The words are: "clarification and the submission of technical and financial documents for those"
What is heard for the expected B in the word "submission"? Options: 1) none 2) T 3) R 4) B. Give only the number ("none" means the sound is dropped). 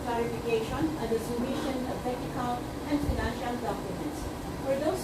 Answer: 1